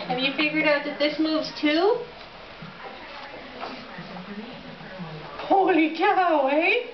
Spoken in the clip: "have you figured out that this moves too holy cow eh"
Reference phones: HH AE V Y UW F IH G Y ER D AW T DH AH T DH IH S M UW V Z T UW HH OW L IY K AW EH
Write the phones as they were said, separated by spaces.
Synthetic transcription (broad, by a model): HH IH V Y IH F IH G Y ER D AW T DH AH T DH IH S M UW V Z T UW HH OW L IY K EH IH